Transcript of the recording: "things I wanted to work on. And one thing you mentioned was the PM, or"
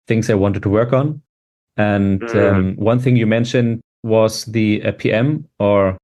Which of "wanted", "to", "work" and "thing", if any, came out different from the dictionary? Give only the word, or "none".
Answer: none